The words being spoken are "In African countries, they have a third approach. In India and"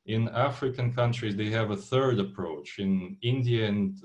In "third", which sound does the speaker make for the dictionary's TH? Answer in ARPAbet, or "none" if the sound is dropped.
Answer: TH